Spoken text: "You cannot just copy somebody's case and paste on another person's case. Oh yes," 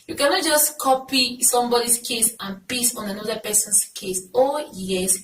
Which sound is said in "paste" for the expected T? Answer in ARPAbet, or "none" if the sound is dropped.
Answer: none